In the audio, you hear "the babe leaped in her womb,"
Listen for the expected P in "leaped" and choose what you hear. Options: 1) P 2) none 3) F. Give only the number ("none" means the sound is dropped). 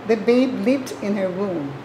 2